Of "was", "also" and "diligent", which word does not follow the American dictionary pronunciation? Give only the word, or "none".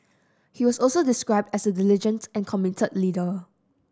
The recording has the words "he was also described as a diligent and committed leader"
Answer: was